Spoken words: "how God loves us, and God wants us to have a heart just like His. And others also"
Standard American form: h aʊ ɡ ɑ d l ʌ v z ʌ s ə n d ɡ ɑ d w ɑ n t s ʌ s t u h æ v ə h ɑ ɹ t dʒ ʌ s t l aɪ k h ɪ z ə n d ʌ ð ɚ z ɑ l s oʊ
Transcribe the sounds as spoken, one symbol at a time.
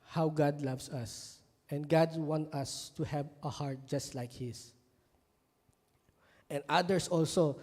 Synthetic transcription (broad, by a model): h aʊ ɡ ɑ d l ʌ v s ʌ s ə n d ɡ ɑ d w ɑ n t ʌ s t u h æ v ə h ɑ ɹ t dʒ ʌ s t l aɪ k h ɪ s ə n d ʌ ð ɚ s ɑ l s oʊ